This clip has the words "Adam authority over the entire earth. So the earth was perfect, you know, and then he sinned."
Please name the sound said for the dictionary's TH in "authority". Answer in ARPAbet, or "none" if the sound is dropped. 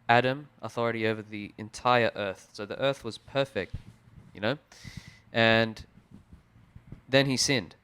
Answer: TH